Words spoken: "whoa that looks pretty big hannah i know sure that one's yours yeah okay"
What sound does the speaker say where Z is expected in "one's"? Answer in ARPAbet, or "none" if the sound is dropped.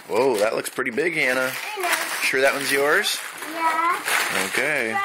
Z